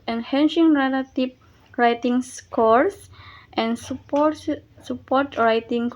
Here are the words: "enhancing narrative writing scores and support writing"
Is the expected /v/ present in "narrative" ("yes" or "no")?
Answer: no